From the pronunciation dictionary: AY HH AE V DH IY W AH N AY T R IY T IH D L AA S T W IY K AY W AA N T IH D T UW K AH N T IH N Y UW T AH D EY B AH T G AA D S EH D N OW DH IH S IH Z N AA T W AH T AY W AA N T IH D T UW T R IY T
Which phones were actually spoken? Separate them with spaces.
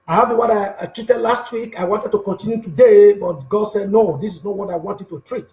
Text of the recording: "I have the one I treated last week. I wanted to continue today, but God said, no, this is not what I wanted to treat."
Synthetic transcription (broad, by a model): AY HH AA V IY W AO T AY T R IY T IH D L AA S T W IY K AY W AA N T IH D T UW K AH N T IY N Y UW T AH D EY B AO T G AA D S EH D N OW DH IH S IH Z N AA T W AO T AY W AA N T IH D T UW T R IY T